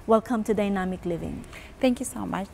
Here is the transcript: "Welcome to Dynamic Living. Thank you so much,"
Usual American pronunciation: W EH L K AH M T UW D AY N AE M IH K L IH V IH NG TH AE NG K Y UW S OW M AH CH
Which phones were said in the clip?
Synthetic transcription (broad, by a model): W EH L K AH M T UW D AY N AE M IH K L IH V IH NG T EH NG K Y UW S OW M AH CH